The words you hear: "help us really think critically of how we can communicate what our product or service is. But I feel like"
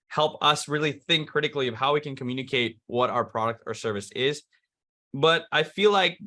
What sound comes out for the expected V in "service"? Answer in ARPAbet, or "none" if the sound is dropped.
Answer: V